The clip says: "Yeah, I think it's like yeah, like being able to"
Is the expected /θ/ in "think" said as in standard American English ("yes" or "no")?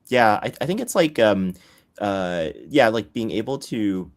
yes